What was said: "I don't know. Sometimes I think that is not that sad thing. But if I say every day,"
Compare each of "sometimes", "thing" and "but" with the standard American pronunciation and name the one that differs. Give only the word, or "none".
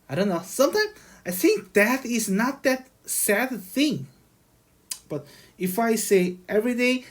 sometimes